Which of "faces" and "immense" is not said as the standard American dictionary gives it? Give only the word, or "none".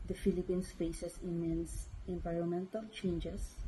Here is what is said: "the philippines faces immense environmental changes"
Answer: faces